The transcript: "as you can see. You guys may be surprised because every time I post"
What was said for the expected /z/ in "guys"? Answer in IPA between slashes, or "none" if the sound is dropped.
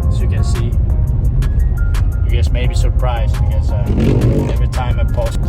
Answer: /s/